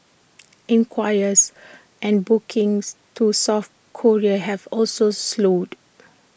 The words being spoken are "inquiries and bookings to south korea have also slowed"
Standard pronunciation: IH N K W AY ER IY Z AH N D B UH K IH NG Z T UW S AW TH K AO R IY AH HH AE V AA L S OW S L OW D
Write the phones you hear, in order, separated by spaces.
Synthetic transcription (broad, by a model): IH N K W AY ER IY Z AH N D B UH K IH NG S T UW S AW T K AO R IY AH HH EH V AA L S OW S L OW D